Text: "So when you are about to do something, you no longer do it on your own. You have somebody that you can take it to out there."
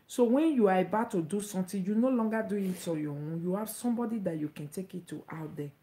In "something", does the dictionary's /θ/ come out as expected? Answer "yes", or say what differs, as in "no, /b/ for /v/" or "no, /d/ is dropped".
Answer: no, /t/ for /θ/